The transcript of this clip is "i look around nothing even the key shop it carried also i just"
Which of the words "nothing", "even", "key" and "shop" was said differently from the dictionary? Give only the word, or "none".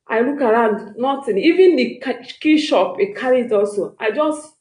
nothing